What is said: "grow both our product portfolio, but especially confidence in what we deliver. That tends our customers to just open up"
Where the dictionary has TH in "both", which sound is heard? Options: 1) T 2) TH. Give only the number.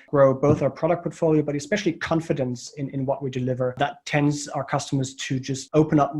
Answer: 2